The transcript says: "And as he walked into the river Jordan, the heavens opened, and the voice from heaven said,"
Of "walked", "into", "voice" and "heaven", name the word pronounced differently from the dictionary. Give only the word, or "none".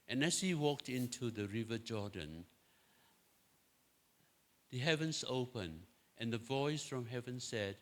none